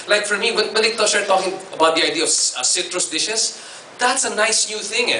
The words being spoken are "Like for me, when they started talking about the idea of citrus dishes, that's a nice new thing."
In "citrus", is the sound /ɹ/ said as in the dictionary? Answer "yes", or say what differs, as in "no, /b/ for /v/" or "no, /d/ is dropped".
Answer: yes